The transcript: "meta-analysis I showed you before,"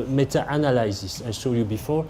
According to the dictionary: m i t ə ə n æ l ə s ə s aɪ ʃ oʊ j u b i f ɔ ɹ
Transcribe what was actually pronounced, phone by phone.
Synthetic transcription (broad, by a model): m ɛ t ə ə n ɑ l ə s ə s aɪ s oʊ j u b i f ɔ ɹ